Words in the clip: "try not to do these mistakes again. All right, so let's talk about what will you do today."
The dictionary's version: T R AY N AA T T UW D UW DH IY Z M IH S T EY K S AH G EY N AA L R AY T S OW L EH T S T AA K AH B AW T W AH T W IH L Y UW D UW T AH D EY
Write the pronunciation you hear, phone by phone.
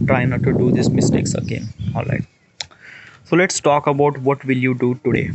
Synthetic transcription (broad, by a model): T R AY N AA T T UW D UW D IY S M IH S T EY K S AH G EY N AA L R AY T S OW L EH T S T AA K AH B AW T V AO T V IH L Y UW D UW T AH D EY